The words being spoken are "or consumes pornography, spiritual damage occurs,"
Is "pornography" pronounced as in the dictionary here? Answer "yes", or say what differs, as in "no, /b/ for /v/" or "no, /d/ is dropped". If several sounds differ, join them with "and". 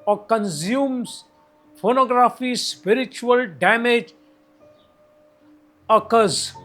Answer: no, /f/ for /p/